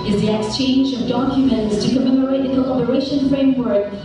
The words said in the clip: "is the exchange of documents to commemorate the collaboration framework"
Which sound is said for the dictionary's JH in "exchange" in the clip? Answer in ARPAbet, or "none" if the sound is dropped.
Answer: JH